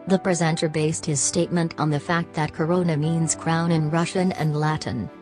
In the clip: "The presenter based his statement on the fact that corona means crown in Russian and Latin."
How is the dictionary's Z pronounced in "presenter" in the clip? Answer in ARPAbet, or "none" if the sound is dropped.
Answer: Z